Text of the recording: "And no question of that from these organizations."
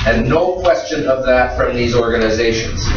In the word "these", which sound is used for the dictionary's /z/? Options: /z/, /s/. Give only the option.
/z/